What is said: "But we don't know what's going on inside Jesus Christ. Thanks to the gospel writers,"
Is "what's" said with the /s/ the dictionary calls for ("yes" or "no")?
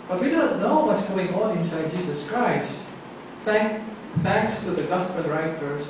no